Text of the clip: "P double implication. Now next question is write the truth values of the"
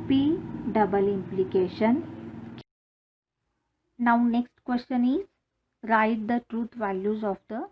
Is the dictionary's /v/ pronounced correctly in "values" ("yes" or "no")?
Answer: yes